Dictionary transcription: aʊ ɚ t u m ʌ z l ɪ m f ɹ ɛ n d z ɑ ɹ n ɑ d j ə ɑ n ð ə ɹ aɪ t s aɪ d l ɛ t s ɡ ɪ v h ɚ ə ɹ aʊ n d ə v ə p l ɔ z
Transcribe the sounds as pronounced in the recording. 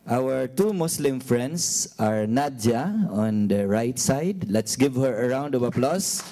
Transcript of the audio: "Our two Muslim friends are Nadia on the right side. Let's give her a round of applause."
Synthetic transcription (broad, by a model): aʊ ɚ t u m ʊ s l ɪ m f ɹ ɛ n d s ɑ ɹ n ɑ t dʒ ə ɑ n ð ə ɹ aɪ t s aɪ d l ɛ t s ɡ ɪ v h ɚ ə ɹ aʊ n d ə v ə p l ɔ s